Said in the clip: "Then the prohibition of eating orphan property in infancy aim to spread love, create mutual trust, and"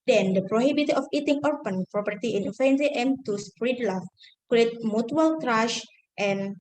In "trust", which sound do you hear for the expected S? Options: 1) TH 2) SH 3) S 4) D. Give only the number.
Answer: 2